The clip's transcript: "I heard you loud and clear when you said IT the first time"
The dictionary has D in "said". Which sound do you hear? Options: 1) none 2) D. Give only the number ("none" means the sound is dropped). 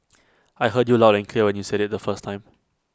2